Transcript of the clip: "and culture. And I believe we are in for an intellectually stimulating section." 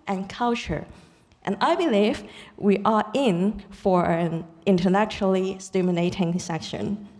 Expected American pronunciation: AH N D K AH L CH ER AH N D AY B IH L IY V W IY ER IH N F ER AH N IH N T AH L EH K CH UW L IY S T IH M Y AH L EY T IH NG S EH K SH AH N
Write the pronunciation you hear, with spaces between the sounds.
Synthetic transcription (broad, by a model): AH N K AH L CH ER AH N AY B IH L IY V W IY ER IH N F ER AH N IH N T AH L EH K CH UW L IY S T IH M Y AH N EY T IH NG S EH K SH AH N